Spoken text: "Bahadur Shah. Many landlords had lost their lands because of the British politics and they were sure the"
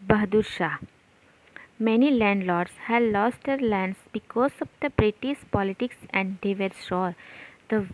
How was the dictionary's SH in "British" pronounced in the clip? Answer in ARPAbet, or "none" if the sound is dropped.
S